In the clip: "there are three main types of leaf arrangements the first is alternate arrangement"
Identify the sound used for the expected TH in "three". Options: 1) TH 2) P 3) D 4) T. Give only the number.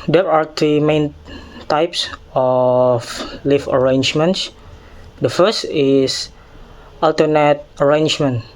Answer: 4